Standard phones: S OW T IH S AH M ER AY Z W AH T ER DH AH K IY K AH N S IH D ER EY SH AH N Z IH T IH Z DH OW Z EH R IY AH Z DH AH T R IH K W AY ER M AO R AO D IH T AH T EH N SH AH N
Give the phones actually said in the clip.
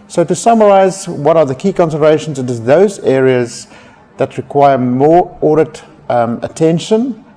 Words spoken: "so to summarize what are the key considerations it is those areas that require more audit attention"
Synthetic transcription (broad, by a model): S OW T IH S AH M ER AY Z W AH T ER DH AH K IY K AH N S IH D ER EY SH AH N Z IH T IH Z DH OW Z EH R IY AH Z DH AH T R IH K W AY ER M AO R AO D IH T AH T EH N SH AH N